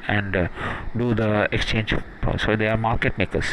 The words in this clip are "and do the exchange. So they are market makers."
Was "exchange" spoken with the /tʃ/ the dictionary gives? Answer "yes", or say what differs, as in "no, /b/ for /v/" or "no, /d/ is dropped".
yes